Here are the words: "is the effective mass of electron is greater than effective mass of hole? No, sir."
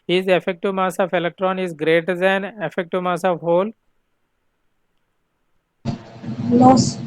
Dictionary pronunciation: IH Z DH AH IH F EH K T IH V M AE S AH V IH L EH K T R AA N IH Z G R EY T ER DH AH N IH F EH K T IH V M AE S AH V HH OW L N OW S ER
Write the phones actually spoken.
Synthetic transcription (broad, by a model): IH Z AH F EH K T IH M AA S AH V IH L EH K T R AA N IH Z G R EY T ER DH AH N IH F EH K T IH M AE S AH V HH OW L L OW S